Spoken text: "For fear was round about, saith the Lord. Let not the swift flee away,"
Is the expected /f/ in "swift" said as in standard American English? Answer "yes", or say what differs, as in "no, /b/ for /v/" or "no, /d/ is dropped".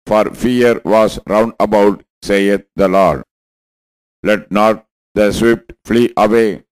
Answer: no, /p/ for /f/